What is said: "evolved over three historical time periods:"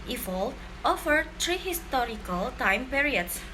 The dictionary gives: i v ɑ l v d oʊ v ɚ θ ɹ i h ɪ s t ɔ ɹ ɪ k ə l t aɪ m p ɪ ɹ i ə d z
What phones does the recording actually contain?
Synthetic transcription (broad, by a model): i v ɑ l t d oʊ f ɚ t ɹ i h ɪ s t ɔ ɹ ɪ k ə l t aɪ m p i ɹ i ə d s